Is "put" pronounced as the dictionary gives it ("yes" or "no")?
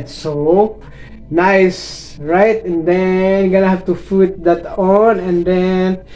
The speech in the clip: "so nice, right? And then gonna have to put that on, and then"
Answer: no